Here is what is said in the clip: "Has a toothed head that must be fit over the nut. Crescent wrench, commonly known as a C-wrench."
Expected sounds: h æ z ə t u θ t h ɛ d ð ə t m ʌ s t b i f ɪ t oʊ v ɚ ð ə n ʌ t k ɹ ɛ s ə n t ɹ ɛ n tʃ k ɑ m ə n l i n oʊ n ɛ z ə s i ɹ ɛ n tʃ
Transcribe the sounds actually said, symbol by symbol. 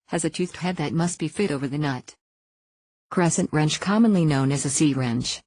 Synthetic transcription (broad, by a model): h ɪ z ə t u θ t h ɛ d ð ə t m ʌ s t b i f ɪ t oʊ v ɚ ð ə n ʌ t k ɹ ɛ s ə n t ɹ ɛ n tʃ k ɑ m ə n l i n oʊ n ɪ z ə s i ɹ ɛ n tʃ